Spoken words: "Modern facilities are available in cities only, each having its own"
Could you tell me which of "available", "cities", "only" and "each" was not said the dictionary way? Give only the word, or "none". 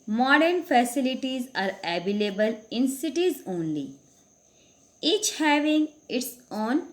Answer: available